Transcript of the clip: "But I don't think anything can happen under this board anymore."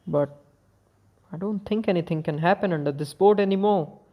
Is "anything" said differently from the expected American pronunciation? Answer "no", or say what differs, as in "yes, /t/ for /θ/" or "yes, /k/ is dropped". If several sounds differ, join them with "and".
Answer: yes, /t/ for /θ/